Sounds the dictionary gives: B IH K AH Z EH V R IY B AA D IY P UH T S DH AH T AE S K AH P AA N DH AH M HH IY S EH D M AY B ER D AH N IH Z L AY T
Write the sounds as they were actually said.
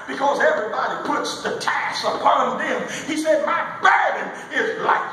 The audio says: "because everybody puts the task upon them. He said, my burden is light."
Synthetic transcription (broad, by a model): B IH K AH Z EH V R IY B AA D IY P UH T S DH AH T AE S AH P AA N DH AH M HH IY S EH D M AY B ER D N IH Z L AY